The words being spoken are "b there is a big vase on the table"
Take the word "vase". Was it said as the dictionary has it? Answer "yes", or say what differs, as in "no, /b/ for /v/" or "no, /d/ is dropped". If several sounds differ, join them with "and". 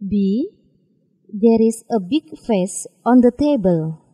no, /f/ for /v/